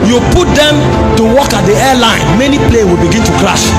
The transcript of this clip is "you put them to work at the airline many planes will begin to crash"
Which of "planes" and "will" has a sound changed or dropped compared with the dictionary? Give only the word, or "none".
planes